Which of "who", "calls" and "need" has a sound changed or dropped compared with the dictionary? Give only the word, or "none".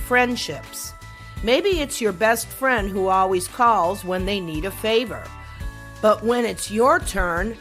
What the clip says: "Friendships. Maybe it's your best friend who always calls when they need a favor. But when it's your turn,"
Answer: none